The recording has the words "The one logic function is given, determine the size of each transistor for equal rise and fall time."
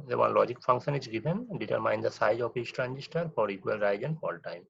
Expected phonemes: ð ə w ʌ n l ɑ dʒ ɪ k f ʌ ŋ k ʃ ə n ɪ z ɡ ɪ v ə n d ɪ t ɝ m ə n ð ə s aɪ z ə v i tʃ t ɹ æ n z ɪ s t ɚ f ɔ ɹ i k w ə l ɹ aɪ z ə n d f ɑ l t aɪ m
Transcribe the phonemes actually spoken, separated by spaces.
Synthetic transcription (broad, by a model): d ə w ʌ n l ɑ dʒ ɪ k f ʌ ŋ k ʃ ə n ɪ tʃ ɡ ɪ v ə n d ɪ t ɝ m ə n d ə s aɪ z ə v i s t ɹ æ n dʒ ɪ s t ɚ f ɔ ɹ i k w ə l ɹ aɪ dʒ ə n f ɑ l t aɪ m